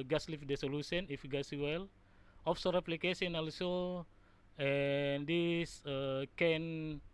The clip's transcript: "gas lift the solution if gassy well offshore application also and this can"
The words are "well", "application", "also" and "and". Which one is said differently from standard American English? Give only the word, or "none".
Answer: application